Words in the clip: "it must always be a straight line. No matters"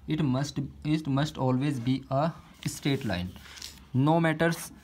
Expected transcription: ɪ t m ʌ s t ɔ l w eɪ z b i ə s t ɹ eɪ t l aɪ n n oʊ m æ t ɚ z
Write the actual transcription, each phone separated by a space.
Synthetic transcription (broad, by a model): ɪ t m ʌ s t ɔ l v eɪ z b i ə s t eɪ t l aɪ n n oʊ m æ t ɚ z